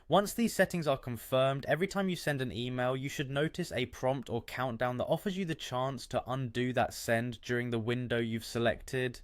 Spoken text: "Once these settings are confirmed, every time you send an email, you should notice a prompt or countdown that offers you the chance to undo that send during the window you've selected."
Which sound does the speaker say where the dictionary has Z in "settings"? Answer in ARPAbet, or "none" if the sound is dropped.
Z